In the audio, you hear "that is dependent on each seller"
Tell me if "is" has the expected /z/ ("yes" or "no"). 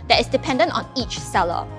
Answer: no